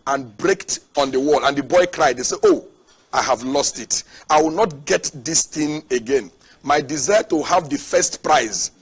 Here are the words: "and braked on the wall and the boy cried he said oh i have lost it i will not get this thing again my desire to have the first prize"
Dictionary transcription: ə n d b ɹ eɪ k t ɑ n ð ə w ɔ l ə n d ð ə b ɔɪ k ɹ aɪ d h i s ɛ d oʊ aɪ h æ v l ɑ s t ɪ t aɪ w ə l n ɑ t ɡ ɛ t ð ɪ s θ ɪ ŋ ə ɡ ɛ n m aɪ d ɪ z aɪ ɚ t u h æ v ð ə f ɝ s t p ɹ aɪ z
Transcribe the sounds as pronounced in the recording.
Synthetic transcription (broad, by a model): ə n b ɹ eɪ k t ɑ n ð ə w ɔ l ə n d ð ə b ɔɪ k ɹ aɪ d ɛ s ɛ oʊ aɪ h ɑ v l ɑ s t ɪ t aɪ w ə l n ɑ t ɡ ɛ t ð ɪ s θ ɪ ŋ ə ɡ ɛ n m aɪ d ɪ z aɪ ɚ t u h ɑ v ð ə f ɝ s t p ɹ aɪ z